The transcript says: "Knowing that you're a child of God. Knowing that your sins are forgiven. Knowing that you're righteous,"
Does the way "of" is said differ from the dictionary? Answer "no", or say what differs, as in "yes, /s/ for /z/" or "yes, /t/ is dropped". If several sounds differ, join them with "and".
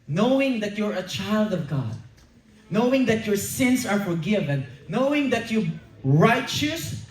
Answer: no